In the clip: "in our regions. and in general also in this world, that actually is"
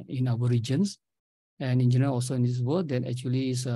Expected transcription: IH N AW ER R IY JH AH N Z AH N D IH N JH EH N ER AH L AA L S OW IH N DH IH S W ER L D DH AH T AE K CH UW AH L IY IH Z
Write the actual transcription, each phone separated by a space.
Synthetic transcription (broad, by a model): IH N AW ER R IY JH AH N S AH N IH N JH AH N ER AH AA L S OW IH N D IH S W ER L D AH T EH K CH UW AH L IY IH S